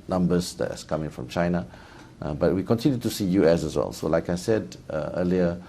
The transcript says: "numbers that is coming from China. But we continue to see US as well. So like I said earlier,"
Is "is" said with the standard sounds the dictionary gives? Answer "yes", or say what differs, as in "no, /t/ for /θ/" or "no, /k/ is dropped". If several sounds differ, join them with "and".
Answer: no, /s/ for /z/